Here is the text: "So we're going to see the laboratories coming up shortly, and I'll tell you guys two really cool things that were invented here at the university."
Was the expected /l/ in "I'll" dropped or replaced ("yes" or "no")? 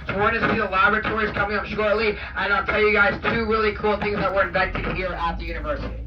no